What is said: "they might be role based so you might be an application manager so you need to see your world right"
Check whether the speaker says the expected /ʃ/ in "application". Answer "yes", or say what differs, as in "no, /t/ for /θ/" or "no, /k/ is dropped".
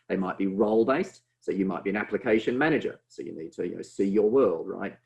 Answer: yes